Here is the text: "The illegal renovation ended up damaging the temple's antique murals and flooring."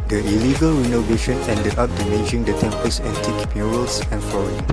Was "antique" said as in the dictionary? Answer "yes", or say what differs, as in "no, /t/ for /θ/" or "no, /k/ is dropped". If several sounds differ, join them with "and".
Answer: no, /n/ is dropped